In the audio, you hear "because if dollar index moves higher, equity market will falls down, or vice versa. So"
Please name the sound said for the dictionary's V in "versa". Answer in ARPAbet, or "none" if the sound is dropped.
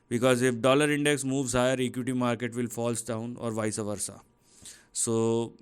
V